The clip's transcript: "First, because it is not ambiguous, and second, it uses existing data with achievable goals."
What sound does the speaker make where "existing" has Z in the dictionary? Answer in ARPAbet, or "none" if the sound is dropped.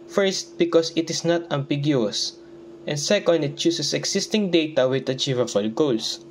S